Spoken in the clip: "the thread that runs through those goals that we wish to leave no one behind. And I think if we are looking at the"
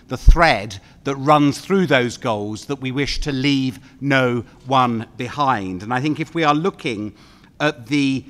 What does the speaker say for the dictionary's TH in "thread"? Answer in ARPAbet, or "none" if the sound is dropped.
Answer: TH